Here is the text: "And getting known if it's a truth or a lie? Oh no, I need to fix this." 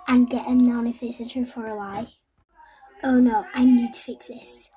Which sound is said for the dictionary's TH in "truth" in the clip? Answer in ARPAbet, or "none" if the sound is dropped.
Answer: F